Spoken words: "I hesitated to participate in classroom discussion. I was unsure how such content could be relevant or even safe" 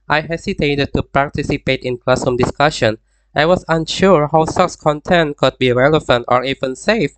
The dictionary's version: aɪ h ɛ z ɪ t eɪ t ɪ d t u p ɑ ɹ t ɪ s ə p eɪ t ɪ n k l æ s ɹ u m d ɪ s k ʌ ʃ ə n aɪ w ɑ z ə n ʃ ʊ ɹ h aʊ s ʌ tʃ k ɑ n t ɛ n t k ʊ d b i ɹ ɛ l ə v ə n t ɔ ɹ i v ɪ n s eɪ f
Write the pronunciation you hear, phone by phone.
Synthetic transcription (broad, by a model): aɪ h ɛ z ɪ t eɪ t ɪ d t u p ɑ ɹ t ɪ s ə p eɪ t ɪ n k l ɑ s u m d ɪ s k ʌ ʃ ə n aɪ w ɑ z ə n ʃ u ɹ h aʊ s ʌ s k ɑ n t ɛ n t k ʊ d b i ɹ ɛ l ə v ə n t ɔ ɹ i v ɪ n s eɪ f